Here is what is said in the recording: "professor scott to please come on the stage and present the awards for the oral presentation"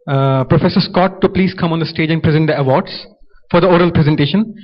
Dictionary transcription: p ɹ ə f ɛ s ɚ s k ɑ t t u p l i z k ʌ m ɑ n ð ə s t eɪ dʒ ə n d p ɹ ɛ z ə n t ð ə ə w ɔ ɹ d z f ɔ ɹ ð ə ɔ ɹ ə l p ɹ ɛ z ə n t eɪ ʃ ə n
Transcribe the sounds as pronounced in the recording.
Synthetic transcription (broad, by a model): p ɹ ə f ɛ s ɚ s k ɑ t t u p l i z k ʌ m ɑ n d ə s t eɪ dʒ ə n d p ɹ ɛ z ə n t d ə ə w ɔ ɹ d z f ɔ ɹ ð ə ɔ ɹ ə l p ɹ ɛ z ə n t eɪ ʃ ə n